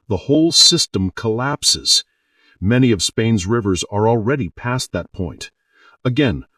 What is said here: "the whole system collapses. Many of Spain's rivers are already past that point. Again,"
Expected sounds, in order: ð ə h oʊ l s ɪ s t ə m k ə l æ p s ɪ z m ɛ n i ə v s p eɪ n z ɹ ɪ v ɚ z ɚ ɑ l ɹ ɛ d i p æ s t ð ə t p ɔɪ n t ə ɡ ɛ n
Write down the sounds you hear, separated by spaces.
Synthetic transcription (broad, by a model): ð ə h oʊ l s ɪ s t ə m k ə l æ p s ɪ z m ɛ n i ə v s p eɪ n z ɹ ɪ v ɚ z ɚ ɑ l ɹ ɛ d i p æ s ð ə t p ɔɪ n t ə ɡ ɛ n